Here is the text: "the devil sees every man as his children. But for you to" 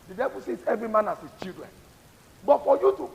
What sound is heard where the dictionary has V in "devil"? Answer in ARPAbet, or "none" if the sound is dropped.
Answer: B